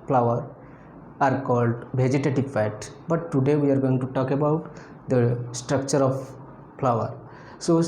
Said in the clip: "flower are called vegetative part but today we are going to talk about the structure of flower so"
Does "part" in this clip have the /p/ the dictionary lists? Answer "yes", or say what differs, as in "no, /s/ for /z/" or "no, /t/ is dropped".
no, /f/ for /p/